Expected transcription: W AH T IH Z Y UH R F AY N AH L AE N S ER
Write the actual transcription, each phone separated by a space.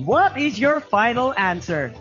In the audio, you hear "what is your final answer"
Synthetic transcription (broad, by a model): W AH T IH Z Y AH R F AY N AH L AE N S ER